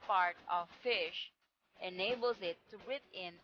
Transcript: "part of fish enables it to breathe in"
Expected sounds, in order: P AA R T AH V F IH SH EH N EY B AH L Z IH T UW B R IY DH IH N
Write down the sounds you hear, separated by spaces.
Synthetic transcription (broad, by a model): P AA R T AH V F IH SH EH N EY B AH L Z IH T UW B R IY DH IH N